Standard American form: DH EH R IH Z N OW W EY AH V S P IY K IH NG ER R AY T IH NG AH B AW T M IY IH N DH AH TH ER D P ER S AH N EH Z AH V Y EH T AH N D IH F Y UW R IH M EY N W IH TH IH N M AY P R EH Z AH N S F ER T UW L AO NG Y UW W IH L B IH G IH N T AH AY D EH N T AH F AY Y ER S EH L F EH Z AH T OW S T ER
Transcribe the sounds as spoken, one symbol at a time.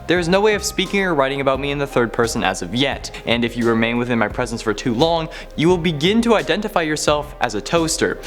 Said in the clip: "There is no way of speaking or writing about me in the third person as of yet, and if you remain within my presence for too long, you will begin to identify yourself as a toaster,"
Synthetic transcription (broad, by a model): DH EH R IH Z N OW W EY AH V S P IY K IH NG ER R AY T IH NG AH B AW T M IY IH N DH AH TH ER D P ER S AH N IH Z AH V Y EH T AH N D IH F Y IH R IH M EY N W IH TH IH N M AY P R EH Z AH N S F ER T UW L AO NG Y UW W IH L B IH G IH N T AH AY D EH N T AH F AY Y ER S EH L F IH Z AH T OW S T ER